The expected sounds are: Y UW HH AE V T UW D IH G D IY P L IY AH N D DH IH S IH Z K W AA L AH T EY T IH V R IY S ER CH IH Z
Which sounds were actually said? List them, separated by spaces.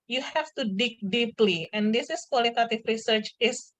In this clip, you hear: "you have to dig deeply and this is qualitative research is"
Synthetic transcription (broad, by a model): Y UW HH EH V T UW D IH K D IY P L IY AH N D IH S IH S K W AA L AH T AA T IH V R IY S ER CH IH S